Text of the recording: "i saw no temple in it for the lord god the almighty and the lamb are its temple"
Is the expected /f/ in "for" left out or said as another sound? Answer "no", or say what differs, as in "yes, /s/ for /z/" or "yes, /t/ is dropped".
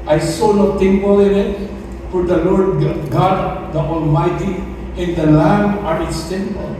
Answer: yes, /p/ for /f/